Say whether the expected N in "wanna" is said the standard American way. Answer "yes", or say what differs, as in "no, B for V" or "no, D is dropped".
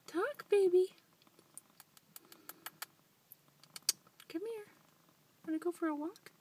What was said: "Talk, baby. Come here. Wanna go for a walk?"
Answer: no, N is dropped